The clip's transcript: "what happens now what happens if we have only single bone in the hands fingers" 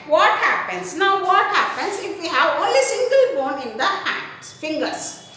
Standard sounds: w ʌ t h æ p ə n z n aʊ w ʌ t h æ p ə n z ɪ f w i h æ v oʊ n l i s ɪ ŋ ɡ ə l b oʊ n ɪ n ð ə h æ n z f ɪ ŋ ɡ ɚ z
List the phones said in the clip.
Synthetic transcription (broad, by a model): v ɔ t h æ p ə n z n aʊ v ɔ t h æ p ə n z ɪ f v i h æ v oʊ n l i s ɪ ŋ ɡ ə l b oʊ n ɪ n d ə h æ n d f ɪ ŋ ɡ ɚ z